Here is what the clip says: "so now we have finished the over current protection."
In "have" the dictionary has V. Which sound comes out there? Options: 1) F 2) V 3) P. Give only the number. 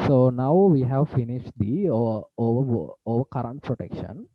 2